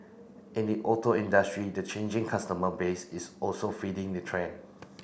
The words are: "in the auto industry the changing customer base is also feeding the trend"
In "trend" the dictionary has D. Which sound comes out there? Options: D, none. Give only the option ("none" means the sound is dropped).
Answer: none